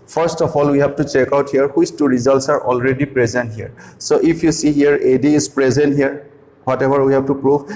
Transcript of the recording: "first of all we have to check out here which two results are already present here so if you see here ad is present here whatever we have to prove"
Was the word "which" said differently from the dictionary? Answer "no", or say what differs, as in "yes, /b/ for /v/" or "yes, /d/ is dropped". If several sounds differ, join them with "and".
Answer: yes, /s/ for /tʃ/